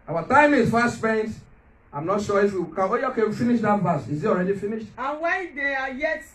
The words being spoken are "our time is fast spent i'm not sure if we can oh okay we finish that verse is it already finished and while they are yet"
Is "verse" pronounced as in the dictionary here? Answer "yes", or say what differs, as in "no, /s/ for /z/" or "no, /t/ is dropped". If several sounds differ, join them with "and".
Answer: no, /b/ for /v/